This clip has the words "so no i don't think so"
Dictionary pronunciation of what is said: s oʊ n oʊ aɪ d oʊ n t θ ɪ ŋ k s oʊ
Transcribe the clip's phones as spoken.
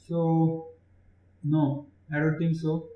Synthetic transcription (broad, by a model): s oʊ n oʊ aɪ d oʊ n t t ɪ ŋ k s oʊ